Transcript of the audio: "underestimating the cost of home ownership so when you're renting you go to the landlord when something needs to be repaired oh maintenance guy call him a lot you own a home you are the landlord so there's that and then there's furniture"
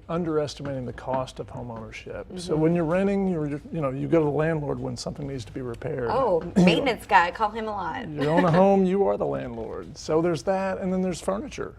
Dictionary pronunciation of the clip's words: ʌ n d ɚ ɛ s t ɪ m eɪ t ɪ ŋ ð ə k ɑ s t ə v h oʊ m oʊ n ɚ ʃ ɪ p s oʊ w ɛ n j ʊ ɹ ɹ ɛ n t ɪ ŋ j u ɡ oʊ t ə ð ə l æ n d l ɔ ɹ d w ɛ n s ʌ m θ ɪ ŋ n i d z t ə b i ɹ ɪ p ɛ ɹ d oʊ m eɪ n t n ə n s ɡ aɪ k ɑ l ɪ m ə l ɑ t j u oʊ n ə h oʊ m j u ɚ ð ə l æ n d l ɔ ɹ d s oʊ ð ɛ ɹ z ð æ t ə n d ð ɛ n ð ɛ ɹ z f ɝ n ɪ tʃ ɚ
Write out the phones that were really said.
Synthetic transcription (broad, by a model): ʌ n d ɚ ɛ s t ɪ m eɪ t ɪ ŋ ð ə k ɑ s t ə v h oʊ m oʊ n ɚ ʃ ɪ p s oʊ w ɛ n j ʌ ɹ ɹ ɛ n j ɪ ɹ j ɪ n oʊ t ə ð ə l æ n d l ɔ ɹ d w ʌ n s ʌ m θ ɪ ŋ n i d z t ə b i ɹ ɪ p ɛ ɹ d oʊ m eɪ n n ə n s ɡ aɪ k ɑ l ɪ m ə l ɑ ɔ j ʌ oʊ n ə h oʊ m j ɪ ɚ ð ə l æ n d l ɔ ɹ d s oʊ ð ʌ ɹ z ð æ t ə n ð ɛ n ð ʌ ɹ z f ɝ n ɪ tʃ ɚ